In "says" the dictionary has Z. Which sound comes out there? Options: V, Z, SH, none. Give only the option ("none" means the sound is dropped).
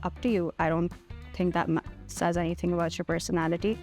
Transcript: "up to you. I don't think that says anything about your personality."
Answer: Z